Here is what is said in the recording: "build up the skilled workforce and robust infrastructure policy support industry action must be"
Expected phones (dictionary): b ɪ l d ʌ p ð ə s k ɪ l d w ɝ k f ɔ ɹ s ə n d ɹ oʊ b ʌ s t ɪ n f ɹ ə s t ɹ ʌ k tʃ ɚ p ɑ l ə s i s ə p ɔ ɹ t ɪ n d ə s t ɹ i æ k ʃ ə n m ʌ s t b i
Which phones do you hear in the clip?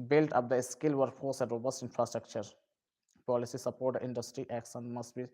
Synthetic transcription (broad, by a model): b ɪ l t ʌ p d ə s k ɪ l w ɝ f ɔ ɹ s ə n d ɹ oʊ b ʌ s t ɪ n f ɹ ə s t ɹ ʌ k tʃ ɚ p ɑ l ə s i s ə p ɔ ɹ t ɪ n d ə s t ɹ i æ k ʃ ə n m ʌ s t b i